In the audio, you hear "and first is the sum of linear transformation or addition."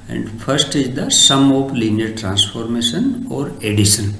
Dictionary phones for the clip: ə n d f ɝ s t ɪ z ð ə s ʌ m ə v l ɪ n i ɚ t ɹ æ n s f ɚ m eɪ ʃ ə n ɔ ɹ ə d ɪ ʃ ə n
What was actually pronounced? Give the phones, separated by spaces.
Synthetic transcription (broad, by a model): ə n d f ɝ s t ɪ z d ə s ʌ m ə p l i n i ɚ t ɹ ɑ n s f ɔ m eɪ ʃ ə n ɔ ɹ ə d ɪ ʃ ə n